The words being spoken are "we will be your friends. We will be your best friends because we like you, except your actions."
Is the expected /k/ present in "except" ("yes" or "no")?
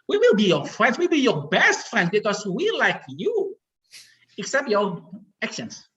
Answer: yes